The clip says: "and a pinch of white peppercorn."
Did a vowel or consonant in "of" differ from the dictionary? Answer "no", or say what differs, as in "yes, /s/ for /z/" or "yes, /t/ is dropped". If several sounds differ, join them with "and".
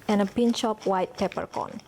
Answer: yes, /p/ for /v/